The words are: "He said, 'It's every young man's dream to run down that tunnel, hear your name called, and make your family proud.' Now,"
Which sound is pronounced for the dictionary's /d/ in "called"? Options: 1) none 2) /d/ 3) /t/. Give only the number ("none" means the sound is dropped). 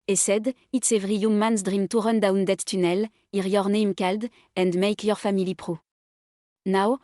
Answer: 2